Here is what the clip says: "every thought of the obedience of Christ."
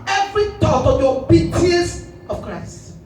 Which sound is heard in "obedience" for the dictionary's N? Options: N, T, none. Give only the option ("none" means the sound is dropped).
none